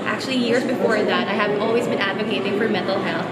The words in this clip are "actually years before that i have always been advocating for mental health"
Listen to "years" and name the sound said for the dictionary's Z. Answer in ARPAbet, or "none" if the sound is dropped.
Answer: Z